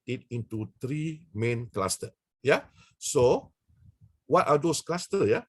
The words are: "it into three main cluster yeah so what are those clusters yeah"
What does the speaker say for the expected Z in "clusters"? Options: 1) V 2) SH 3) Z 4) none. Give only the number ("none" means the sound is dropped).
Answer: 4